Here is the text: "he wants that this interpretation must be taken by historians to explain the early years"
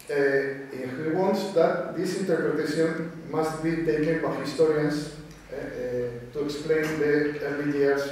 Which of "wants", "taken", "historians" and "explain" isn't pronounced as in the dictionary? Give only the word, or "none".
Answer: historians